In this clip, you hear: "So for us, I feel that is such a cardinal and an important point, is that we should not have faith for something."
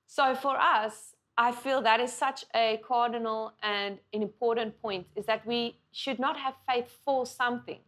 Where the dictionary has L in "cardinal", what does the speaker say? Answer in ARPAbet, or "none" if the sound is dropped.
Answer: L